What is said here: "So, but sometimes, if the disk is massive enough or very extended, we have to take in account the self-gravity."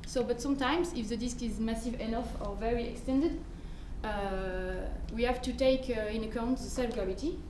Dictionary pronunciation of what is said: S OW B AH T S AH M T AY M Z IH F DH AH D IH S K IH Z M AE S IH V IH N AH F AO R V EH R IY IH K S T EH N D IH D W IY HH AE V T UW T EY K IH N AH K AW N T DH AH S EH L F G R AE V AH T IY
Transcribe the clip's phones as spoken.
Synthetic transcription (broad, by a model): S OW B AH T S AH M T AY M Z IH F DH AH D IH S K IH Z M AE S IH V IH N AH F AO R V EH R IY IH K S T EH N D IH D W IY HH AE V T UW T EY K IH N AH K AW N T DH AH S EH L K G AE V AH T IY